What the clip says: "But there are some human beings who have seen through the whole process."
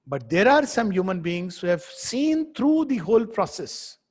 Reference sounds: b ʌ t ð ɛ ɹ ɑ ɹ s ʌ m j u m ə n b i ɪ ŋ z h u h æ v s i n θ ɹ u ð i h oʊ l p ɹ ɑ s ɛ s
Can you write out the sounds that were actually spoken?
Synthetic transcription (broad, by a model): b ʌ t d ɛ ɹ ɑ ɹ s ʌ m j u m ə n b i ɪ ŋ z h u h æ v s i n t ɹ u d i h oʊ l p ɹ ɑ s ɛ s